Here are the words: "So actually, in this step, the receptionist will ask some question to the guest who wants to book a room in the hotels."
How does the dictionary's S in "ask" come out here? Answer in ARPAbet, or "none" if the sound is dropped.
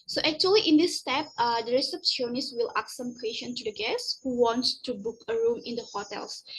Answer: none